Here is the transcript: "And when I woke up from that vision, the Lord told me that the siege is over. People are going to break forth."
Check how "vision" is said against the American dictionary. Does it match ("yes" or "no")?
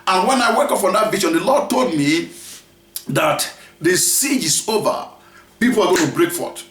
no